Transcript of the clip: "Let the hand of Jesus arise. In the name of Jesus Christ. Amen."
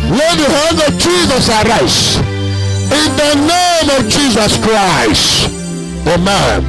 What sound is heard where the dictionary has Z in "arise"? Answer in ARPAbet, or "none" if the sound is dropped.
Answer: S